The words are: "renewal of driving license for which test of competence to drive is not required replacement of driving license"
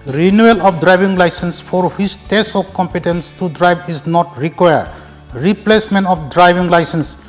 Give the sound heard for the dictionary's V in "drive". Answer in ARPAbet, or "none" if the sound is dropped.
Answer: B